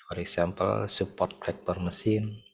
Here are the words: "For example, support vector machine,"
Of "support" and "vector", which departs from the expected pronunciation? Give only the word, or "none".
vector